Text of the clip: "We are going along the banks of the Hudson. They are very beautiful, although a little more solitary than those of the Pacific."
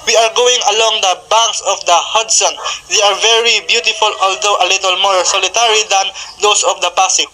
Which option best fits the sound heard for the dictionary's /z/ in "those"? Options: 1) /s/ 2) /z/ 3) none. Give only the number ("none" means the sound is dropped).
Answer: 1